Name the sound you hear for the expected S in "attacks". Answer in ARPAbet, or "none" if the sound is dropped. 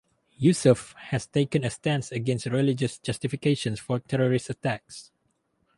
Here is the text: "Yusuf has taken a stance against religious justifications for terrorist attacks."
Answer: S